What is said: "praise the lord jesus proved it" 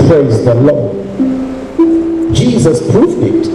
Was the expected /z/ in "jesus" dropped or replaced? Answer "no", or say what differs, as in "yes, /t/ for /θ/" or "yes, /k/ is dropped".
no